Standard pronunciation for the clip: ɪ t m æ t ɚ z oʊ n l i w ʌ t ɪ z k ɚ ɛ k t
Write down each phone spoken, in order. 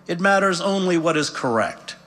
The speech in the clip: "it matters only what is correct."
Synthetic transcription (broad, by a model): ɪ t m æ t ɚ z oʊ n l i w ʌ t ɪ z k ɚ ɛ k t